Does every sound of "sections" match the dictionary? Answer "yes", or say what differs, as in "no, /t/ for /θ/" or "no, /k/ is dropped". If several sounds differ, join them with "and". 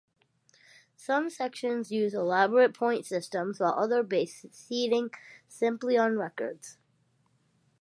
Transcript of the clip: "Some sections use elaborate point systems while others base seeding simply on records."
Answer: yes